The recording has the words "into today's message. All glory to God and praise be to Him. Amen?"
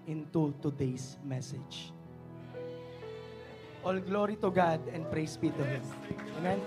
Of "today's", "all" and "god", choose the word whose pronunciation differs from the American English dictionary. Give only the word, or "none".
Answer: today's